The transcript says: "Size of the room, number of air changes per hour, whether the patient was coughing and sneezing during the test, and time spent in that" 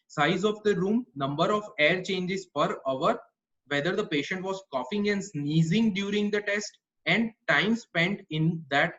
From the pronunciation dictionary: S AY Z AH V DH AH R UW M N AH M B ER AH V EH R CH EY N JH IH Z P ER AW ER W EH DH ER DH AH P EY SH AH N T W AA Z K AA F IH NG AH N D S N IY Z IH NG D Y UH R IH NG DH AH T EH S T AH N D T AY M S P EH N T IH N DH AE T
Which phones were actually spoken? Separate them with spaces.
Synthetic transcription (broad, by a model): S AY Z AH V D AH R UW M N AH M B ER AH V EH R CH EY N JH IH Z F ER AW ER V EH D ER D AH P EY SH AH N T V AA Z K AA F IH NG AH N D S N IY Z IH NG D Y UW R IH NG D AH T EH S T AH N D T AY M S P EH N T IH N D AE T